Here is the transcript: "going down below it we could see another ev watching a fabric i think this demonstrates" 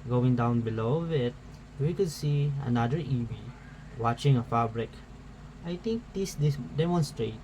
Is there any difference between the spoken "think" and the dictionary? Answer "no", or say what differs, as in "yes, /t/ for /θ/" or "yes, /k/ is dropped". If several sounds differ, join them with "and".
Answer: yes, /t/ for /θ/